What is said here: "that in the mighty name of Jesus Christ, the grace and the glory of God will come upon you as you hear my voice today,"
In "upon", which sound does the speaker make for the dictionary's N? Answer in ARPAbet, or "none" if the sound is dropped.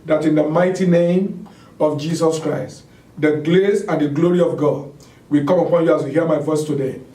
N